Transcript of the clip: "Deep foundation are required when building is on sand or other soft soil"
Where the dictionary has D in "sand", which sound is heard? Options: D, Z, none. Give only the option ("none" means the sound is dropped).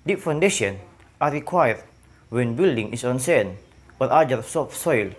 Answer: none